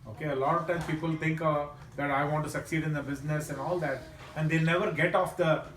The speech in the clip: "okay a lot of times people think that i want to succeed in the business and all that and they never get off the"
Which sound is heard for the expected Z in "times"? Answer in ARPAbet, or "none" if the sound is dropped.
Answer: none